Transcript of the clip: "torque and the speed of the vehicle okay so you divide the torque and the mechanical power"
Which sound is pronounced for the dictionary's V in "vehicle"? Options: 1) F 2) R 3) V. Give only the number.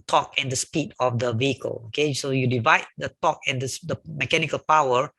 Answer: 3